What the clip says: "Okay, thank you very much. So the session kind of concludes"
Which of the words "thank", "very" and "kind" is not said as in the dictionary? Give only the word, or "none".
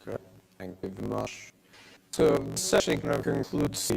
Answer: kind